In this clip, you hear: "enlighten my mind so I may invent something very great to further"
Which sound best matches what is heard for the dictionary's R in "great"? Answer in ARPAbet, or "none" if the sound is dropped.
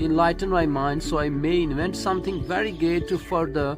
none